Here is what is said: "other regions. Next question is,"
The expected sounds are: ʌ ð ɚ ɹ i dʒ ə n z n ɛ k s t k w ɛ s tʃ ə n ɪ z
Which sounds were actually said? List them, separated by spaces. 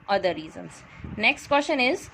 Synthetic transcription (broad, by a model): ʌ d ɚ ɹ i z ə n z n ɛ k s t k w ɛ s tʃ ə n ɪ z